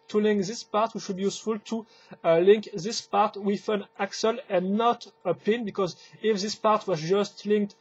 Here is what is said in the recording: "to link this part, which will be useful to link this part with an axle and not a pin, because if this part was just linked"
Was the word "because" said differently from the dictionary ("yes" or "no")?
no